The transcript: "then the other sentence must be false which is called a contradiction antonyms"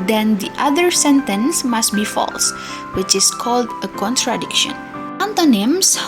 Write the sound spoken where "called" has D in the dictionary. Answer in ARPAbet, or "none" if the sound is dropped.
D